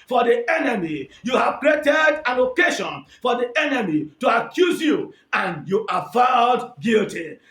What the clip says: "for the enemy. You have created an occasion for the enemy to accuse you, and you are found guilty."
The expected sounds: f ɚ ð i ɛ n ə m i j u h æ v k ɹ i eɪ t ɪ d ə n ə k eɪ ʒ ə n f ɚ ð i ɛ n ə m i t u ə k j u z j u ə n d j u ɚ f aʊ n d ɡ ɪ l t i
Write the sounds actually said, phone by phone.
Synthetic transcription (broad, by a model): f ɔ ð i ɛ n ə m i j u h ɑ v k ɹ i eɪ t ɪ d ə l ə k eɪ ʃ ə n f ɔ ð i ɛ n ə m i t u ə k j u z j u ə n j u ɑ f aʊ d ɡ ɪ l t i